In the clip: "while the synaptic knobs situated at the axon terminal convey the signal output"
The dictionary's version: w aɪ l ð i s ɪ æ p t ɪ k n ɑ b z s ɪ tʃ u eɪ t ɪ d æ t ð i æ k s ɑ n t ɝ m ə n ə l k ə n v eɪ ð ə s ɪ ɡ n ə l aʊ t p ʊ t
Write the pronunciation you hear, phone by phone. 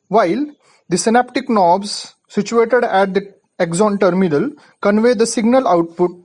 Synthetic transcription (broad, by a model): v aɪ l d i s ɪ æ p t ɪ k n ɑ b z s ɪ tʃ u eɪ t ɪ d æ t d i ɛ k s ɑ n t ɝ m ə n ə l k ə n v eɪ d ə s ɪ ɡ n ə l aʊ t p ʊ t